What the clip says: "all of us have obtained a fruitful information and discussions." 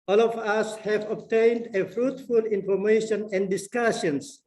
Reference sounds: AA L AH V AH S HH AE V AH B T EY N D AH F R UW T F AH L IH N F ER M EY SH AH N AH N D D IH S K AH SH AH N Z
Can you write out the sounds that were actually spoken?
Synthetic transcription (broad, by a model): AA L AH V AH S HH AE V AH B T EY N D AH F R UW T F AH L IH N F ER M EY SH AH N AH N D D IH S K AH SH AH N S